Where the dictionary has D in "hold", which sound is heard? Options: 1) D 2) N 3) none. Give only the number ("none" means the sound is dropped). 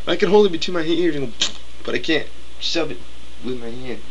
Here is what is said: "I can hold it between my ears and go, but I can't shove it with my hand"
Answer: 3